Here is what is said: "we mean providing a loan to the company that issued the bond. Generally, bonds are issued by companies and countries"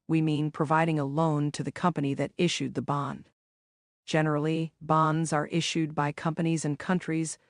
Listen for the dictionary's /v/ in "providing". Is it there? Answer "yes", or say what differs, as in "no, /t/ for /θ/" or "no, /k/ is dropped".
yes